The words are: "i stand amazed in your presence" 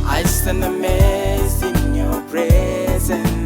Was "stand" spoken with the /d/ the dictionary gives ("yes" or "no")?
no